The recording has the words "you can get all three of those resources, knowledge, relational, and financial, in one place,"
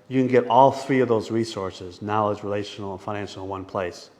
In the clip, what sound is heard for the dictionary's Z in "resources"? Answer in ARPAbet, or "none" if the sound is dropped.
Z